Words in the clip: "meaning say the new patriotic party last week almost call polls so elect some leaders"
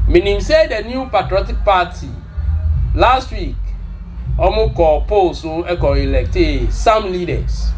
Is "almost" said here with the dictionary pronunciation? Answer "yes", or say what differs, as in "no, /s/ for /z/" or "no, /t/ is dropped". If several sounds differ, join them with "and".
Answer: no, /l/ is dropped